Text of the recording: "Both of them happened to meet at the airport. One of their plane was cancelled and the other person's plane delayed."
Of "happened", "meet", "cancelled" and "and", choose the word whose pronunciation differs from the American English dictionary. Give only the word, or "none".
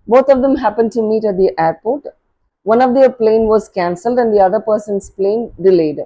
none